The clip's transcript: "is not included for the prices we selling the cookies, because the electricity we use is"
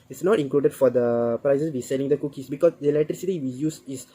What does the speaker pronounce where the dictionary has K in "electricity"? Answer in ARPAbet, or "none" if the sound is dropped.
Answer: none